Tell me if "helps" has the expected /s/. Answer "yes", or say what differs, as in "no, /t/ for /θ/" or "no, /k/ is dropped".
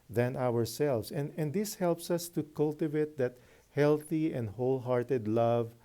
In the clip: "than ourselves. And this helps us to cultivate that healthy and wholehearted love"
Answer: yes